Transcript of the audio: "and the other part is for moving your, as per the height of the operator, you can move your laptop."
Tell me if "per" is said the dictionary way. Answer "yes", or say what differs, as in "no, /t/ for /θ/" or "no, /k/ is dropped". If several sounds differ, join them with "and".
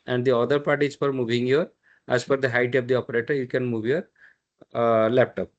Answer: no, /f/ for /p/